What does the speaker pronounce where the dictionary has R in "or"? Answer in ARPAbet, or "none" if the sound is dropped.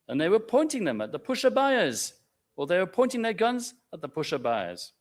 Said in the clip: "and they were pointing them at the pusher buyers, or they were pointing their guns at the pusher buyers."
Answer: L